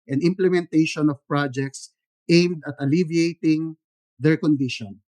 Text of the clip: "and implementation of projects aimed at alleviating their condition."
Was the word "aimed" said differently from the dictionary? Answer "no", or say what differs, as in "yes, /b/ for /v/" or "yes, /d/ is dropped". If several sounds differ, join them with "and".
no